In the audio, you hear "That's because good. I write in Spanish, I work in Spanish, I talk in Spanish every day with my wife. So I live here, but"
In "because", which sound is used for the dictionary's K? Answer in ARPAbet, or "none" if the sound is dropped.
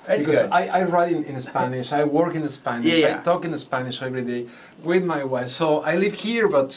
none